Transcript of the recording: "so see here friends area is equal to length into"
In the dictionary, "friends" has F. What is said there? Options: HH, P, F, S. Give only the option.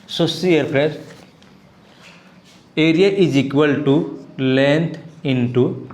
P